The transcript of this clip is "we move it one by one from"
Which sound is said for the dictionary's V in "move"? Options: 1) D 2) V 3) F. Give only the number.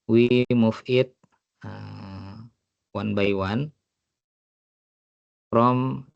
3